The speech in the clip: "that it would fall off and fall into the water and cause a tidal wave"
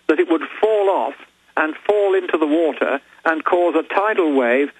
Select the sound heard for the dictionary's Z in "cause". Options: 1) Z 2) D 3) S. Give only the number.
1